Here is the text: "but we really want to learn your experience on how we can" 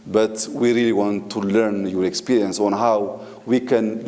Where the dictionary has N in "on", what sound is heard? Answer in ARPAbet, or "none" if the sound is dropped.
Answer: N